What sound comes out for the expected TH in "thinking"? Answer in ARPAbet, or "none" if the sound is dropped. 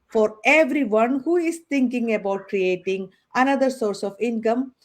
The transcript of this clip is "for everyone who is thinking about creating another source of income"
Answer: T